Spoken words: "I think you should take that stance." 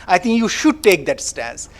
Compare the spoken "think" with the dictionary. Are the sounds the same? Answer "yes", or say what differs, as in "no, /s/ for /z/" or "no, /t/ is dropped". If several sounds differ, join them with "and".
no, /t/ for /θ/